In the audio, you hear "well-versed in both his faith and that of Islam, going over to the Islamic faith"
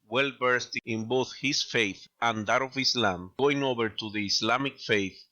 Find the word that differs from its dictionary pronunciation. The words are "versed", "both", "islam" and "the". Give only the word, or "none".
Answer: versed